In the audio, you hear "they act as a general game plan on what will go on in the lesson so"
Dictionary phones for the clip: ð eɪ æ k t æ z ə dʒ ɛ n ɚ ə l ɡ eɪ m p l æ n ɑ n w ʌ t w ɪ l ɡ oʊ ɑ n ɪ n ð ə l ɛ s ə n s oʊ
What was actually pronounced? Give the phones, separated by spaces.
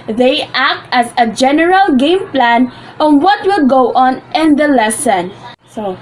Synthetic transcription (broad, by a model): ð eɪ æ k t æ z ə dʒ ɛ n ɚ ə l ɡ eɪ m p l æ n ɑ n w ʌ t w ɪ l ɡ oʊ ɑ n ɪ n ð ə l ɛ s ə n s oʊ